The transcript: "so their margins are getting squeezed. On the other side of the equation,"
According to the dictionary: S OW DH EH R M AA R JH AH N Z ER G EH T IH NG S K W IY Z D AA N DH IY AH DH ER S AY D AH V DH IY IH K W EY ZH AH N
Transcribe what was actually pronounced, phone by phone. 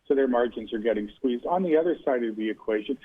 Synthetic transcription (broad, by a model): S OW DH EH R M AA R JH AH N Z ER G EH T IH NG S K W IY Z D N DH IY AH DH ER S AY D AH V DH IY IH K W EY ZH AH N